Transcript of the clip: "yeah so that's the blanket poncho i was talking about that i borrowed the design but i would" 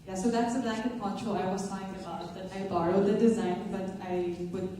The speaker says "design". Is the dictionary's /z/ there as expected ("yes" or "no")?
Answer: yes